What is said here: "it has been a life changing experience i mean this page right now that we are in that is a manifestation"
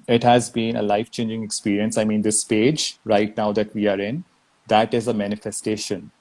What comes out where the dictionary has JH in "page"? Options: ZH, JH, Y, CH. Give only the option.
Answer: JH